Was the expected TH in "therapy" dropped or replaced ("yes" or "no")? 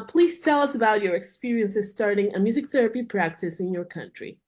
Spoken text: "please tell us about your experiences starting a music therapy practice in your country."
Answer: no